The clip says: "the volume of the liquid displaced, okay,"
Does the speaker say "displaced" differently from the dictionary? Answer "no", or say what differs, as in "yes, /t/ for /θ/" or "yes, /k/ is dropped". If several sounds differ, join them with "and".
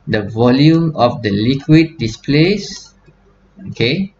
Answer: yes, /t/ is dropped